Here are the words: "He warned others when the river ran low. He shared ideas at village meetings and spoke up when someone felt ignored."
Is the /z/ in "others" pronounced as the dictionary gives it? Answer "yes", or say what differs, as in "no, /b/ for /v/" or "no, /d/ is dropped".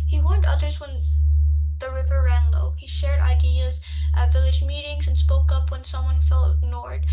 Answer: yes